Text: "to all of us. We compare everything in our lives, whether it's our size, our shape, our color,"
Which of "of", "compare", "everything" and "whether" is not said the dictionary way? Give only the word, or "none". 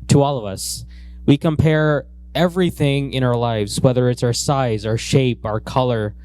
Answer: none